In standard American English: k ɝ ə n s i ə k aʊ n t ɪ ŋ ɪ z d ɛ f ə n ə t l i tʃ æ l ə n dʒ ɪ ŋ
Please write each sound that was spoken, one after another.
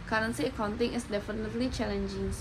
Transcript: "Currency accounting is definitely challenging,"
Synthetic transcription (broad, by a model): k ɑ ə n s i ə k aʊ n t ɪ ŋ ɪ s d ɛ f ə n ə t l i tʃ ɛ l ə n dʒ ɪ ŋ